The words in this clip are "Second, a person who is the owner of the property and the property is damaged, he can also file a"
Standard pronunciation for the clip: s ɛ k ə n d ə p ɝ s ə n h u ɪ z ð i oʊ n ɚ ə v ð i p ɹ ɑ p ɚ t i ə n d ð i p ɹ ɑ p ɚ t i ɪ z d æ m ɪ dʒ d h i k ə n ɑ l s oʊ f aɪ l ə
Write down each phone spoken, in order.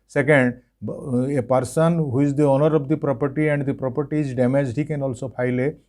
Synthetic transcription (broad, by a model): s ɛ k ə n d ə p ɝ s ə n h u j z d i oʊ n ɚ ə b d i p ɹ ɑ p ɚ t i ə n d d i p ɹ ɑ p ɚ t i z d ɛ m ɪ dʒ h i k ə n ɑ l s oʊ p aɪ l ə